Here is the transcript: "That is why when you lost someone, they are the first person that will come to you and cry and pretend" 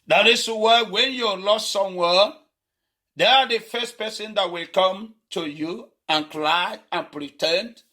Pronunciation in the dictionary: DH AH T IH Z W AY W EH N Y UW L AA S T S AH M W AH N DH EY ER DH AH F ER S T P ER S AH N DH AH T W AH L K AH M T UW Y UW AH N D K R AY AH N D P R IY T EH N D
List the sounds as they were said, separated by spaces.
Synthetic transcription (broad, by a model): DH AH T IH S W AY W EH N Y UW L AA S T S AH M W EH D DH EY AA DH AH F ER S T P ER S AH N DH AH T W AH L K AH M T UW Y UW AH N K L AY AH N P R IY T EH N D